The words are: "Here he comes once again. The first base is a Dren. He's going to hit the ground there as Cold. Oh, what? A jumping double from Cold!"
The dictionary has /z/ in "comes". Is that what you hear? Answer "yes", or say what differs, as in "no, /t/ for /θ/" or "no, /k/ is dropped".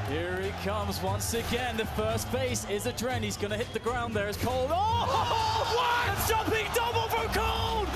yes